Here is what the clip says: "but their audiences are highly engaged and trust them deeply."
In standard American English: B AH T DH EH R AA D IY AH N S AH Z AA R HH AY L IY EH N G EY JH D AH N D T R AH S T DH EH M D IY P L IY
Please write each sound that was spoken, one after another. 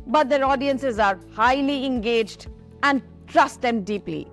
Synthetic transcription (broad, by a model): B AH T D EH R AA D IY AH N S AH Z AA R HH AY L IY EH N G EY JH D AH N D T R AH S T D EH M D IY P L IY